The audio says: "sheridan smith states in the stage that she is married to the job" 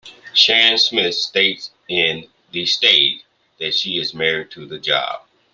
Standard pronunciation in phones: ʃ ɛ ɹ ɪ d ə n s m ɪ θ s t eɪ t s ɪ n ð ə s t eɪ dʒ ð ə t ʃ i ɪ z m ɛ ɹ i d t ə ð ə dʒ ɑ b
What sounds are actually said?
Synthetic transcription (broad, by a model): ʃ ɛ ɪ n s m ɪ θ s t eɪ t s ɪ n ð ə s t eɪ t ð ə t ʃ i ɪ z m ɛ ɹ i d t ə ð ə dʒ ɑ b